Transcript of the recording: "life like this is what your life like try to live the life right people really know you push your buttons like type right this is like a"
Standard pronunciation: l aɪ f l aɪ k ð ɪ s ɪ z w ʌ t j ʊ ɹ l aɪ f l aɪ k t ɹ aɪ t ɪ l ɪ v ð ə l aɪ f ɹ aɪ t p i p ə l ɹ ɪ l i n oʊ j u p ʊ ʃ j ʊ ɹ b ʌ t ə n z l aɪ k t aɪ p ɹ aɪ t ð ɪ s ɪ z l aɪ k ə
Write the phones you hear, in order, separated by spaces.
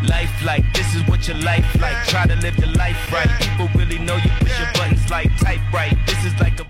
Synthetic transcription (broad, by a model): l aɪ f l aɪ k ð ɪ s ɪ z w ʌ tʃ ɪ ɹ l aɪ f l aɪ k t ɹ aɪ t ɪ l ɪ v ð ə l aɪ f ɹ aɪ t p i p l ɹ ɪ l i n oʊ j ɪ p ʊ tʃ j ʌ ɹ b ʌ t n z l aɪ k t aɪ b ɹ aɪ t ð ɪ s ɪ z l aɪ k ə